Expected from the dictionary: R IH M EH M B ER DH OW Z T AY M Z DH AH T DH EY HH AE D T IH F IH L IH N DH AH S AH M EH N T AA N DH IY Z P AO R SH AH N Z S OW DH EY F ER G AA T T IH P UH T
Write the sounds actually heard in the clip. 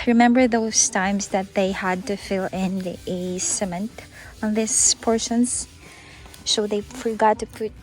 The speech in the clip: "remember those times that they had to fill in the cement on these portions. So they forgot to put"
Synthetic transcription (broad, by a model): R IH M EH M B ER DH OW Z T AY M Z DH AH T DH EY HH AE D T IH F IH L IH N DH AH S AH M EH N T AA N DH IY S P AO R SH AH N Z S OW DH EY F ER G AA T T IH P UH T